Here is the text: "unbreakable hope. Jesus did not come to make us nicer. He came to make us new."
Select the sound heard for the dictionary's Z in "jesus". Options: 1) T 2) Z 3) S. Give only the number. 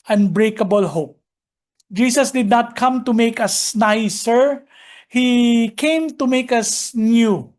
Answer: 3